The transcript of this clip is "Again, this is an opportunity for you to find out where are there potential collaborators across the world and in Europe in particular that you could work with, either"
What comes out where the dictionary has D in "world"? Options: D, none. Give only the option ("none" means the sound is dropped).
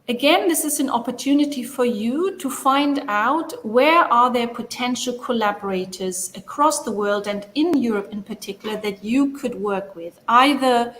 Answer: D